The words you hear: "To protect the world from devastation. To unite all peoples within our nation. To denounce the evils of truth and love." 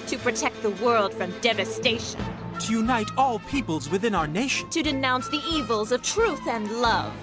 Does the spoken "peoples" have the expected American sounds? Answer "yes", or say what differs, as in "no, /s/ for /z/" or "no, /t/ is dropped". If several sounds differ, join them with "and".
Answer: yes